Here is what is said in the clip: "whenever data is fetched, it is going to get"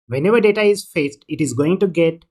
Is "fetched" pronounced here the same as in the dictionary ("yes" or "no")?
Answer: no